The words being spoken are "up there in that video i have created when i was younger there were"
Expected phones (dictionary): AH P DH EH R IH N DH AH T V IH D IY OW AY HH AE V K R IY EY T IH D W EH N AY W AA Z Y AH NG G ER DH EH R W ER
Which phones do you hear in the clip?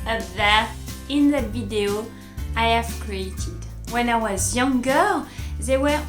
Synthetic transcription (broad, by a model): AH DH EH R IH N DH AH T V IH D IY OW AY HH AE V K R IY EY T IH D W EH N AY W AA Z Y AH NG G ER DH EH W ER